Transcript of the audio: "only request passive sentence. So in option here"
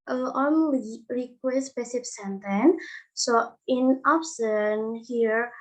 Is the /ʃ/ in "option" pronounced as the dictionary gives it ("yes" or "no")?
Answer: no